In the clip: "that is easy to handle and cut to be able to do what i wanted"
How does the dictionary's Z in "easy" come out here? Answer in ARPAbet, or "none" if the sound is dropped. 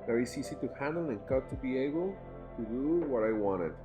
S